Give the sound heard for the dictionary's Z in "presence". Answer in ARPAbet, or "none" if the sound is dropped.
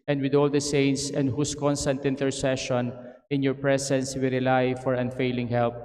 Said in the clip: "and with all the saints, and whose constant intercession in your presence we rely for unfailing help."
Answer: S